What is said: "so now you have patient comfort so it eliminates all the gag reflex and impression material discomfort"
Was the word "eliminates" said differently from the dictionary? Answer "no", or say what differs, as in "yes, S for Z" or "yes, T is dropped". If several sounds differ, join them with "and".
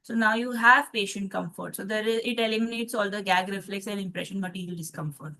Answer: no